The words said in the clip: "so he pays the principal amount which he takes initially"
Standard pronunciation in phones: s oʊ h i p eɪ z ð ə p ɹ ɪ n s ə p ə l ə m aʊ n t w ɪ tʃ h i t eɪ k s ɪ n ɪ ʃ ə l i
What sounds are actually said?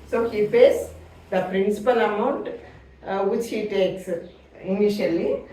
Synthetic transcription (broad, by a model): s oʊ h i f eɪ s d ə p ɹ ɪ n s ə p ə l ə m aʊ n t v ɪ tʃ h i t eɪ k s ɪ n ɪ ʃ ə l i